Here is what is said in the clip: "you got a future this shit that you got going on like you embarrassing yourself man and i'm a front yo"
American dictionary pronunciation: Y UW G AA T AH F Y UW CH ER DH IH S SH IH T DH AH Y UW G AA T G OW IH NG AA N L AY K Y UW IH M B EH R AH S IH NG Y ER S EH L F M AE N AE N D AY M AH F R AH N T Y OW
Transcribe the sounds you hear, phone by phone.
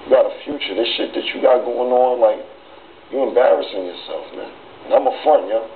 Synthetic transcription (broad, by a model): Y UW G AA T AH F Y UW CH ER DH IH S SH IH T DH AH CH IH G AA T G OW IH NG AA N L AY K Y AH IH M B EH R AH S IH NG Y ER S EH L F M AE N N AY M AH F AH N Y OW